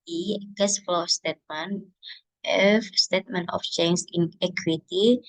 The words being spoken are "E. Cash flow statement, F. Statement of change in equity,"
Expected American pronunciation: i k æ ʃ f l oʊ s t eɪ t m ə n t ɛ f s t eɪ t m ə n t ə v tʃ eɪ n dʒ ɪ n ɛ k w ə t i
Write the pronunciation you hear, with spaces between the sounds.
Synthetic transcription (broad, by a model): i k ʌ s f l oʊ s t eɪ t m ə n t ɛ f s t eɪ t m ə n t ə f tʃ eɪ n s ɪ n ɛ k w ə t i